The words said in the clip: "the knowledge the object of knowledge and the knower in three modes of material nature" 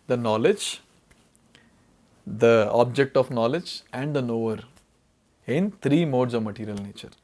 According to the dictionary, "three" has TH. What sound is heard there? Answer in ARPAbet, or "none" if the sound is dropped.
T